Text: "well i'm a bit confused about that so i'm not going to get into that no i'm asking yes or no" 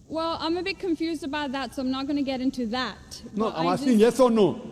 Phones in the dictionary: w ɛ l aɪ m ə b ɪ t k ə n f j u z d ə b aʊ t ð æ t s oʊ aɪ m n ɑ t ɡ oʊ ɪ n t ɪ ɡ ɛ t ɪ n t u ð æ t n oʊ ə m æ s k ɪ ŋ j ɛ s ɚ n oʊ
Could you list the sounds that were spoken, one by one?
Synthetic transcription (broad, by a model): w ɛ l aɪ m ə b ɪ t k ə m f j u z d ə b aʊ t ð æ t s oʊ aɪ m n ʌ t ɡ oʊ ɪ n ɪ ɡ ɛ t ɪ n t u ð æ t n oʊ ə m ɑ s ɪ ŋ j ɛ s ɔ n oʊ